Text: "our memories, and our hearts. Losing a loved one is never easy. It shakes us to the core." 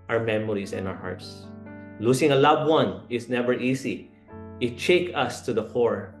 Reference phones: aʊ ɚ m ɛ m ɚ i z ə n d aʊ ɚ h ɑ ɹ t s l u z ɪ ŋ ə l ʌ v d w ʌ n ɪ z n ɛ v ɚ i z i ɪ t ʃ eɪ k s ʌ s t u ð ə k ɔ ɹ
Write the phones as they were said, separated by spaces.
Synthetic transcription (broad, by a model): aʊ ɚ m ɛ m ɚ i s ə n aʊ ɚ h ɑ ɹ t s l u s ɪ ŋ ə l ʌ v w ʌ n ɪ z n ɛ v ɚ i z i ɪ t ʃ eɪ k ʌ s t u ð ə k ɔ ɹ